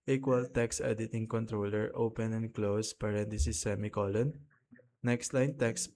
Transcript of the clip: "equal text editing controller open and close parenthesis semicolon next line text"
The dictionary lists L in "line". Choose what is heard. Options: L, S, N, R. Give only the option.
L